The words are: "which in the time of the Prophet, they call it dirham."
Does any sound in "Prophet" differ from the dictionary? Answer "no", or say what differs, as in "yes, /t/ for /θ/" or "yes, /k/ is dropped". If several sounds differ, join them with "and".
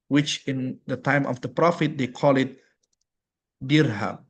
no